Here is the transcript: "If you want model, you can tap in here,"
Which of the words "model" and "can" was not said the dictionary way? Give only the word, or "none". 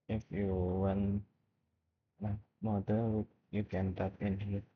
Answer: model